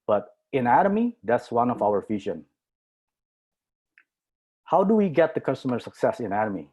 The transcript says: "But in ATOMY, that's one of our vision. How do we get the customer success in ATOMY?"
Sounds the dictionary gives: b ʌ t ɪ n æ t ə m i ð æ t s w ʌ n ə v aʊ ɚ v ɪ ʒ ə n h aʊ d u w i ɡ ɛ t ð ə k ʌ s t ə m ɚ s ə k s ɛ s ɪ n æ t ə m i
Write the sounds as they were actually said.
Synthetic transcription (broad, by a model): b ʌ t ɪ n æ t ə m i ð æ t s w ʌ n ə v aʊ ɚ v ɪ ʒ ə n h aʊ d u w i ɡ ɛ t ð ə k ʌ s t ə m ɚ s ə k s ɛ s ɪ n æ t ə m i